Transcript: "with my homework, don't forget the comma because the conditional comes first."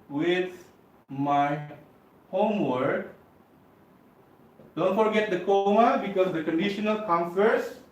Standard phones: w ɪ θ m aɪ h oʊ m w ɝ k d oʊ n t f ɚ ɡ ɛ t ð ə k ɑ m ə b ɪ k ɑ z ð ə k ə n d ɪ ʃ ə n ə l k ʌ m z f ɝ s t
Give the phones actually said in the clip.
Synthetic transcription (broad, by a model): w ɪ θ m aɪ h oʊ m w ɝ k d oʊ n t f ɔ ɡ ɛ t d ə k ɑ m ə b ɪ k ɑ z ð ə k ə n d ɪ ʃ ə n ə l k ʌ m f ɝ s